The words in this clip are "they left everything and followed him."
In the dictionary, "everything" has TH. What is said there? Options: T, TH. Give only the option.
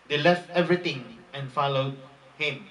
T